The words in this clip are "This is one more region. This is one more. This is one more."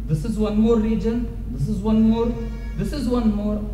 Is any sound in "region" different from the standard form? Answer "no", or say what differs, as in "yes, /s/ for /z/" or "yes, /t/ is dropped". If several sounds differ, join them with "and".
no